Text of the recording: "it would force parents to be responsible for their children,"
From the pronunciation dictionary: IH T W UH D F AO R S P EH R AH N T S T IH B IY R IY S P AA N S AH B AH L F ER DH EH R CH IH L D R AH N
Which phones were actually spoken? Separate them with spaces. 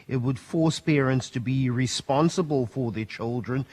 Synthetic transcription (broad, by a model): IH T W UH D F AO R S P EH R AH N T S T IH B IY R IY S P AA N S AH B AH L F ER DH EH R CH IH L D R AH N